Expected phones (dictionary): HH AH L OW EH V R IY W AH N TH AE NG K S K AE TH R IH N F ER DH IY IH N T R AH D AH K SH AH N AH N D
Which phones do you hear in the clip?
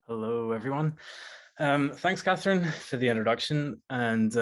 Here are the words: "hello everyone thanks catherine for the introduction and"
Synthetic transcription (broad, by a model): HH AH L OW EH V R IY W AH N TH AE NG K S K AE TH R IH N F ER DH IY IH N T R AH D AH K SH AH N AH N